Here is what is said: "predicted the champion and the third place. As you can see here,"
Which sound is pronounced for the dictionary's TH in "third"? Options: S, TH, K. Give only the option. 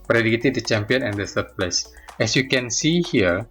S